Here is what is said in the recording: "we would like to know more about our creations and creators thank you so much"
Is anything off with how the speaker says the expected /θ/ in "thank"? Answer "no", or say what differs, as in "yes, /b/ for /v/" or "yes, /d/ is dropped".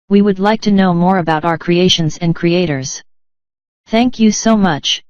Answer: no